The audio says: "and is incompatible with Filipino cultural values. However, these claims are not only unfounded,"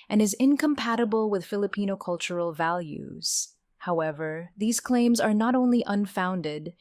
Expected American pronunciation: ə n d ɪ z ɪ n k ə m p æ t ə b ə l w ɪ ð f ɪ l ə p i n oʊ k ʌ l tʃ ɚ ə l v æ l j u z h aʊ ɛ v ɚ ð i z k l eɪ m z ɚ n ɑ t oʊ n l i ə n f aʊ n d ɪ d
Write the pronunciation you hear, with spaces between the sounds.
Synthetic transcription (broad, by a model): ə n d ɪ z ɪ n k ə m p æ t ə b ə l w ɪ ð f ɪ l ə p i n oʊ k ʌ l tʃ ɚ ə l v æ l j u z h aʊ ɛ v ɚ ð i z k l eɪ m z ɚ n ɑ t oʊ n l i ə n f aʊ n d ɪ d